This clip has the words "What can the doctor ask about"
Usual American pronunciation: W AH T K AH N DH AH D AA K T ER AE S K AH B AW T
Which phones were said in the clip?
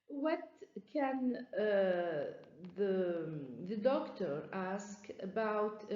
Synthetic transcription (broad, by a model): W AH T K AH N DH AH D AA K T ER AE S K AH B AW T